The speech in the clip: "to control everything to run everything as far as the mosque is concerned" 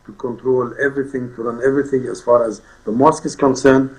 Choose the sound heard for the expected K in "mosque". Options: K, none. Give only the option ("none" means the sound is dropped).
K